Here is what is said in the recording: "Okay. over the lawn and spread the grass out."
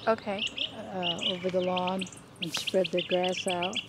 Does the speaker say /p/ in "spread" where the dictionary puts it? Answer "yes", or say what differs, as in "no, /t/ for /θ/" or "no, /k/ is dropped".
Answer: yes